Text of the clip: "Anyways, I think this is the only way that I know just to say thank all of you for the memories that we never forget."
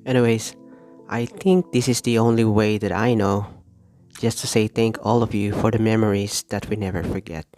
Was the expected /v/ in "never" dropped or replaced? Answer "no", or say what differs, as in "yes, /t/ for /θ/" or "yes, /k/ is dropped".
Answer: no